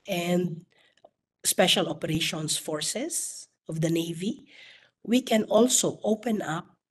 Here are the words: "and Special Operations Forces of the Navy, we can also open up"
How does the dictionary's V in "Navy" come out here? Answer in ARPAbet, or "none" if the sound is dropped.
V